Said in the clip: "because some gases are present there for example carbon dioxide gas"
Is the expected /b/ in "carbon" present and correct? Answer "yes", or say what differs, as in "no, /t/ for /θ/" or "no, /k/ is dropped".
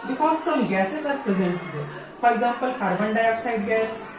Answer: yes